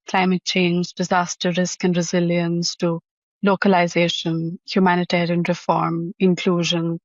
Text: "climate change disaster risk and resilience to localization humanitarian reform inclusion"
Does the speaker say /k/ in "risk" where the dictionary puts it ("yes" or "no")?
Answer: yes